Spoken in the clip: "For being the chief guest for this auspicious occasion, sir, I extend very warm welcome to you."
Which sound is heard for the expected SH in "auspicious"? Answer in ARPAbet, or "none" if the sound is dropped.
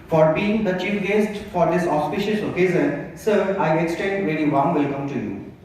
SH